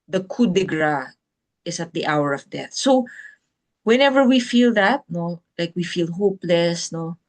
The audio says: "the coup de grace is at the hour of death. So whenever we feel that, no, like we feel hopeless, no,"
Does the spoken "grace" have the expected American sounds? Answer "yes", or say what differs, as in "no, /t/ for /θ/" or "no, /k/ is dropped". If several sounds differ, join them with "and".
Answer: no, /s/ is dropped